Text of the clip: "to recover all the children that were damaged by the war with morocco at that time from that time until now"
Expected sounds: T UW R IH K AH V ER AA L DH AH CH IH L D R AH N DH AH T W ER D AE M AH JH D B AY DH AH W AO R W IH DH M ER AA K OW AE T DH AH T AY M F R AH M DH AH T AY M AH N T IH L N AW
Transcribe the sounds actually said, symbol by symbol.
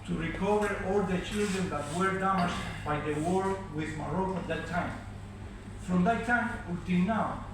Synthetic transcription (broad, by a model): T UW R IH K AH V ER AA L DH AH CH IH L D R AH N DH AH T W ER D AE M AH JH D B AY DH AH W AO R W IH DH M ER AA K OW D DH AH T AY M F R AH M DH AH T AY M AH T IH N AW